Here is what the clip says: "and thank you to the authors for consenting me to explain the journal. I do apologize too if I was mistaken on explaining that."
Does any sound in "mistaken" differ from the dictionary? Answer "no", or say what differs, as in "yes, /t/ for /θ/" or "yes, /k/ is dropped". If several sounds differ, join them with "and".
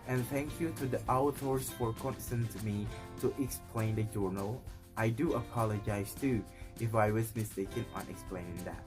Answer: no